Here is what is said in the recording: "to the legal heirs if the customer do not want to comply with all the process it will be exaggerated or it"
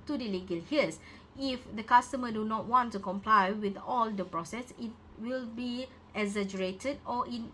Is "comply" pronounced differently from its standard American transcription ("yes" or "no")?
no